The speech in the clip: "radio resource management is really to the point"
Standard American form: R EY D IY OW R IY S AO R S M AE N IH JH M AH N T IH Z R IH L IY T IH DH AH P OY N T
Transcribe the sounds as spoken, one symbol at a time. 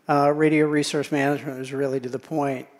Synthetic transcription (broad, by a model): R EY D IY OW R IY S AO R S M AE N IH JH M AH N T IH Z R IH L IY T IH DH AH P OY N T